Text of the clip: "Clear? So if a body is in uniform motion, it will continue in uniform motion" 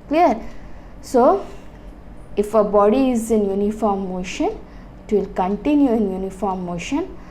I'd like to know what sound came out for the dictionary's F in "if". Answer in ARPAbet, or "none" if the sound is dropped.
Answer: F